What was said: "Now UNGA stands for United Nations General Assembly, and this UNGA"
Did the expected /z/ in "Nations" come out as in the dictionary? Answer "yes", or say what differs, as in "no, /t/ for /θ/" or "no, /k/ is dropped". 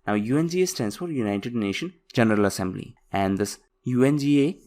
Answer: no, /z/ is dropped